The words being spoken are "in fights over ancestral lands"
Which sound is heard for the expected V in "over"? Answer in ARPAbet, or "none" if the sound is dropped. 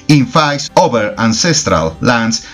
B